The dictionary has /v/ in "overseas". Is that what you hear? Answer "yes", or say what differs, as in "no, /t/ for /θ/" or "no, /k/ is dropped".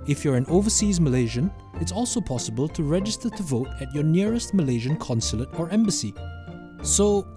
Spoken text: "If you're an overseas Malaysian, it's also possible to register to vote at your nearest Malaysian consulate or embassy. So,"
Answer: yes